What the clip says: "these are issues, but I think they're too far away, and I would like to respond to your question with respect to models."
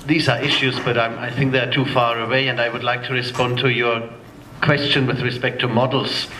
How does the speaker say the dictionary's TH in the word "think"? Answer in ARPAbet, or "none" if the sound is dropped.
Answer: TH